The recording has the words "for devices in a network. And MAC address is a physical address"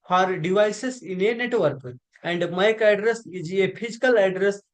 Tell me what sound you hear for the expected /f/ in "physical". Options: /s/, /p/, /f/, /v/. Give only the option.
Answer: /p/